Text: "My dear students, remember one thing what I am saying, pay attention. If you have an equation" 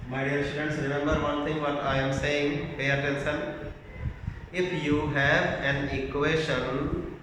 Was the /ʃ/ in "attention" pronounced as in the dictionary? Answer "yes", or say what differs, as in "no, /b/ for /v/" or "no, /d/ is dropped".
no, /s/ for /ʃ/